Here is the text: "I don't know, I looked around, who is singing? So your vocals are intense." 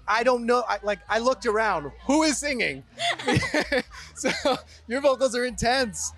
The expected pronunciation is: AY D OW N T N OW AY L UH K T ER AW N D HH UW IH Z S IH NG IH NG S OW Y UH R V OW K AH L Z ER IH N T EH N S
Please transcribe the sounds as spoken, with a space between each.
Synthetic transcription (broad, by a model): AY D OW N T L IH AY L UH K T ER AW N D HH UW IH Z S IH NG IH NG S OW Y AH R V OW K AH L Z ER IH N T EH N S